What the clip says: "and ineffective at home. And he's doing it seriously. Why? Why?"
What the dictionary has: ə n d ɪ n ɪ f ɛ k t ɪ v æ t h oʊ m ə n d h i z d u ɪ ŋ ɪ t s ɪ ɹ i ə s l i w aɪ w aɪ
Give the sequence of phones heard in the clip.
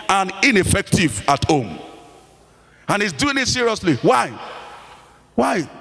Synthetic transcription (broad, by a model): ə n ɪ n ɪ f ɛ k t ɪ v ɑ t h oʊ m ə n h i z d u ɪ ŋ ɪ t s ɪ ɹ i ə s l i w aɪ w aɪ